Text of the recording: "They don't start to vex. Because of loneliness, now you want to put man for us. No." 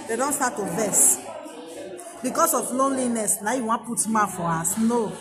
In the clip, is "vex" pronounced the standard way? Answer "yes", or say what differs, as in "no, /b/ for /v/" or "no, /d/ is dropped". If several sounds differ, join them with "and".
no, /k/ is dropped